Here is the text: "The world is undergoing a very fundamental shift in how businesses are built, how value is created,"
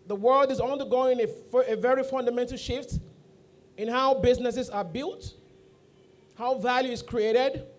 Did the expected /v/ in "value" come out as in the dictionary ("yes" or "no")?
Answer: yes